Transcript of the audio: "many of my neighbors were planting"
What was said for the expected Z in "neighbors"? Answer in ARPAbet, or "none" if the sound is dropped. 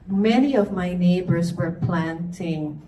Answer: Z